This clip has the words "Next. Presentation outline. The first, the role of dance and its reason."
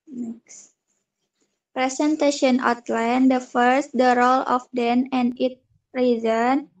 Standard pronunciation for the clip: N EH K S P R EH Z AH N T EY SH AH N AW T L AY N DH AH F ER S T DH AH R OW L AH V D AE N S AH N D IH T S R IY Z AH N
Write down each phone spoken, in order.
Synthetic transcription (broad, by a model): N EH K S P R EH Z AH N T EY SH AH N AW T L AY N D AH F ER S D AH R OW L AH F D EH N AH N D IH T R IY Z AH N